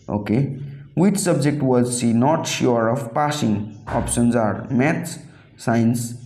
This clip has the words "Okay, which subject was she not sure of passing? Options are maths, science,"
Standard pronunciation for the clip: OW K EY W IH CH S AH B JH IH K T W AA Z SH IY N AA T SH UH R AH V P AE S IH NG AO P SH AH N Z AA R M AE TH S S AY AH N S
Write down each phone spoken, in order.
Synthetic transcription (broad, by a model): OW K EY W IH CH S AH B JH IH K T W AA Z S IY N AA T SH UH R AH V P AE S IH NG AO P SH AH N Z AA R M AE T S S AY N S